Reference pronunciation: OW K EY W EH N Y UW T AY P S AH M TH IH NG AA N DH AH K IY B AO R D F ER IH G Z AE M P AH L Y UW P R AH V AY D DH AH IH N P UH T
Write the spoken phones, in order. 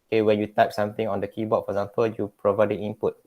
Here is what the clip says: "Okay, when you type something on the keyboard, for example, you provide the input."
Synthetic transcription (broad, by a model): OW K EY W EH N Y UW T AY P S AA M T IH NG AA N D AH K IY B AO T F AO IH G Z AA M P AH L Y UW P R AH V AY D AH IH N P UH T